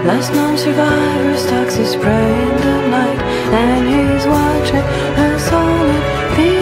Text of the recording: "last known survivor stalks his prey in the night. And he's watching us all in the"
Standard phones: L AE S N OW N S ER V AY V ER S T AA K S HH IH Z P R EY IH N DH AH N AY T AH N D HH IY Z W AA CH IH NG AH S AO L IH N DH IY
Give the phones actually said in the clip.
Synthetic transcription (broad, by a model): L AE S N OW N S ER V AY V ER S T AA K S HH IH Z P R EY IH N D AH L AY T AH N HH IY Z W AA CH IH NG AH S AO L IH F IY